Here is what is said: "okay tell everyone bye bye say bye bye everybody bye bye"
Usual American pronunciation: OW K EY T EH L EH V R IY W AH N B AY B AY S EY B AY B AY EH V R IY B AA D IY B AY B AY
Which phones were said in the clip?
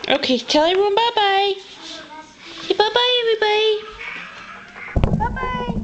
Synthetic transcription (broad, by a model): OW K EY T EH L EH R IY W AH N B AY B AY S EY B AY B AY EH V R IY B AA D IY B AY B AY